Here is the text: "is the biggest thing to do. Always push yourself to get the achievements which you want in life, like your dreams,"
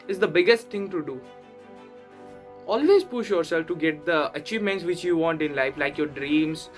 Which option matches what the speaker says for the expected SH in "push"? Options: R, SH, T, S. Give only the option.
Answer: SH